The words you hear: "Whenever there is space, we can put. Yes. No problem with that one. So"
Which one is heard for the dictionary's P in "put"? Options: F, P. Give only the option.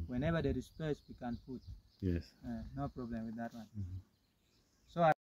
F